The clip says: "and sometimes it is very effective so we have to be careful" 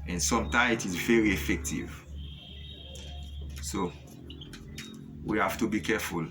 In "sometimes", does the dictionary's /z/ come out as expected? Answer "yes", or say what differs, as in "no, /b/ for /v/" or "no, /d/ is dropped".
no, /z/ is dropped